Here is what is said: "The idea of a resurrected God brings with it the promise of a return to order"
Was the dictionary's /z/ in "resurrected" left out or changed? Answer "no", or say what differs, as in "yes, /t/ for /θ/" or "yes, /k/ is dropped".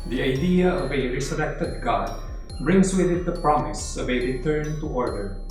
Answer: yes, /s/ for /z/